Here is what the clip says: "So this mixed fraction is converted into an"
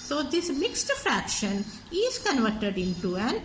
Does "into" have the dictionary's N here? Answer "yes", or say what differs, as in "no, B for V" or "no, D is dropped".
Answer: yes